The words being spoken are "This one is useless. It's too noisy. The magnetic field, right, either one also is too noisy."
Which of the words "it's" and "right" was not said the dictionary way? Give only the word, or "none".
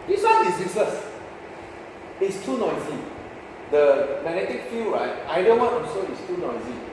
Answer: none